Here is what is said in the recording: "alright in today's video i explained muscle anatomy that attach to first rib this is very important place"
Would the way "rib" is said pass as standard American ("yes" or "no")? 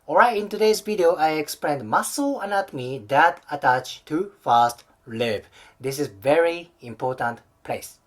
no